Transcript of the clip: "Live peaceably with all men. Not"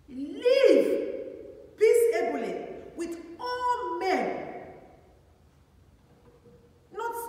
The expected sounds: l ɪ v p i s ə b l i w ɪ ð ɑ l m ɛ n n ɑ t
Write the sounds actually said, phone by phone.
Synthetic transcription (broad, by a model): l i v b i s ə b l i w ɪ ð ɑ l m ɛ n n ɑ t